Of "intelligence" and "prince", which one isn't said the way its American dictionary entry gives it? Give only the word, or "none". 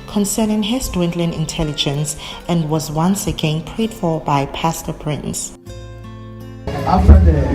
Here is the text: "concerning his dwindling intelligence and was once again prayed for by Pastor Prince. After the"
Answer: none